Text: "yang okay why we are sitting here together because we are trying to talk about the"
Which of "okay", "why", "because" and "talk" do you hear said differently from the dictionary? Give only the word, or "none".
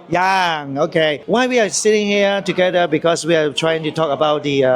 because